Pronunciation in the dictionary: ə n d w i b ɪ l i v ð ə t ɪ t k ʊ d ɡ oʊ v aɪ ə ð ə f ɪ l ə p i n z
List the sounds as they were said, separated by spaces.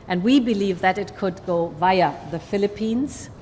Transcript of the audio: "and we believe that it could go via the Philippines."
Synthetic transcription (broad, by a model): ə n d w i b ɪ l i v ð ə t ɪ t k ʊ d ɡ oʊ v aɪ ə ð ə f ɪ l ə p i n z